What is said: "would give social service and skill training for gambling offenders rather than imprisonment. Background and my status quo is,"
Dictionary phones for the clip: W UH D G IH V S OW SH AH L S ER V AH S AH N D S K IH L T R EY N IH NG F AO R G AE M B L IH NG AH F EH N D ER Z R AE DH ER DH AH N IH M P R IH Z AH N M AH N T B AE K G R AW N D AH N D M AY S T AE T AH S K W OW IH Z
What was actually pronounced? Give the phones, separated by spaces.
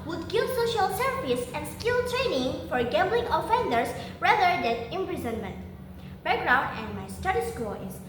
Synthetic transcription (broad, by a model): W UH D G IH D S OW SH AH L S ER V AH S AH N D S K IH L T R EY N IH NG F AO R G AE M B L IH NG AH F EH N D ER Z R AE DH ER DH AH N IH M P R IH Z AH N M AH N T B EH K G R AW N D AH N D M AY S T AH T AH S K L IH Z